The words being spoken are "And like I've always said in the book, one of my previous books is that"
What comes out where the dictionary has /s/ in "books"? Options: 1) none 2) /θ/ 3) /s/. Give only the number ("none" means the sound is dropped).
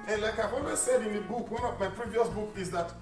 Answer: 1